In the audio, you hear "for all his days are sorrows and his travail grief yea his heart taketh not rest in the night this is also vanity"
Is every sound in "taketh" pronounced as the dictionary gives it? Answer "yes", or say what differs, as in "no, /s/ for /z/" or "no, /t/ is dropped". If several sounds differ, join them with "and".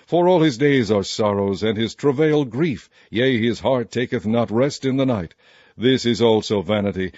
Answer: yes